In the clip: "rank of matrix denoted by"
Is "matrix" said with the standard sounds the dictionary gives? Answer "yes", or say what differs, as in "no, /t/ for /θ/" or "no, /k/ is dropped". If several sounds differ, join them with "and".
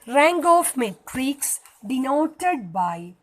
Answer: yes